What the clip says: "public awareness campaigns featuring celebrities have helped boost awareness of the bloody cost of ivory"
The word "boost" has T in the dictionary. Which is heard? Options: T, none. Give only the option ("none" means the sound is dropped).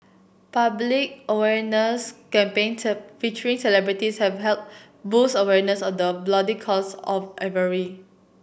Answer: none